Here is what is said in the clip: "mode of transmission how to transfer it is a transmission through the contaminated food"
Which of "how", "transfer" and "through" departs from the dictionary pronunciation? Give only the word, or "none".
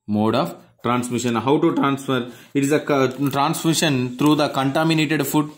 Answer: through